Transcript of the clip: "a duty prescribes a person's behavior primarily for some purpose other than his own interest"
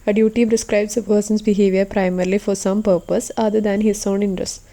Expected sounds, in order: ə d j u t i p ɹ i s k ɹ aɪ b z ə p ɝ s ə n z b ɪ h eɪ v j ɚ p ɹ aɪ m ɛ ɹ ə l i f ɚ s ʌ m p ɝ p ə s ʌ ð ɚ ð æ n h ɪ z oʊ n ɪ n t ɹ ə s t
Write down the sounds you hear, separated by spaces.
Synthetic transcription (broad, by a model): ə d j u t i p ɹ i s k ɹ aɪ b s ə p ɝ s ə n s b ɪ h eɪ v j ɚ p ɹ aɪ m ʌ ɹ l i f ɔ s ʌ m p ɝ p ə s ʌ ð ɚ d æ n h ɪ s oʊ n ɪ n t ɹ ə s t